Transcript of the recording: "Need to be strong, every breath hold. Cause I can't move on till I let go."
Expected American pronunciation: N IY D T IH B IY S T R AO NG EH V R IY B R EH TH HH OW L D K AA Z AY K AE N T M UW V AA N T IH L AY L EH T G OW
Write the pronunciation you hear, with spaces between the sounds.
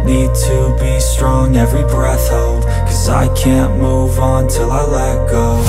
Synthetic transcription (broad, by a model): N IY D T IH B IY S T R AO NG EH V R IY B R EH TH HH OW L D K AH Z AY K AE N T M UW V N T IH L AY L EH T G OW